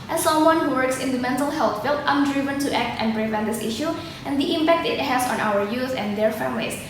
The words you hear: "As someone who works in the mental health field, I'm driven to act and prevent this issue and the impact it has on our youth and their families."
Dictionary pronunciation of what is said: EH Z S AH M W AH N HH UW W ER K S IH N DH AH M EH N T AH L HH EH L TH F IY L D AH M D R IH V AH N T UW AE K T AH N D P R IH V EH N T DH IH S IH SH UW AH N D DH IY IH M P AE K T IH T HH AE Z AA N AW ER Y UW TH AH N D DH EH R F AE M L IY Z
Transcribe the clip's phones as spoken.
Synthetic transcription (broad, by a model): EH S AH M W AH N HH UW W ER K S IH N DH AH M EH N T AH L HH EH L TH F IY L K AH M D R IH V AH N T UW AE K T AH N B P R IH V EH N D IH S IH SH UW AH N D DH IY IH M P AE K T IH T HH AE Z AA N AW ER Y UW S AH N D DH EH R F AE M L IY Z